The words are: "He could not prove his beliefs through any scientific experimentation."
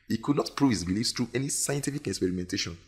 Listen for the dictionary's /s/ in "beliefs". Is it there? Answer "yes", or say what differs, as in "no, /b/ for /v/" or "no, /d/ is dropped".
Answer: yes